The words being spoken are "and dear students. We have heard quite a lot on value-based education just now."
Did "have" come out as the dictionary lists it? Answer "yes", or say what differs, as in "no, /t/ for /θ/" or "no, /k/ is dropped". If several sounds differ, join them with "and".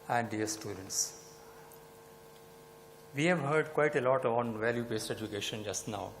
yes